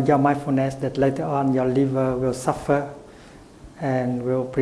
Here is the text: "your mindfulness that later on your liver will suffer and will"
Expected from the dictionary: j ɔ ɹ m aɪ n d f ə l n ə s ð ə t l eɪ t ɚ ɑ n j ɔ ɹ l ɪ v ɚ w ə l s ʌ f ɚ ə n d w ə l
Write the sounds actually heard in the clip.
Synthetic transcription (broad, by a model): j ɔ m aɪ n f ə n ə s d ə t l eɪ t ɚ ɑ n j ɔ l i v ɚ w ə l s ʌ f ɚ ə n w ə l